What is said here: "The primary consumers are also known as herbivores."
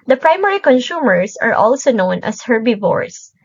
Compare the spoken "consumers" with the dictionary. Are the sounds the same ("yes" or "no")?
no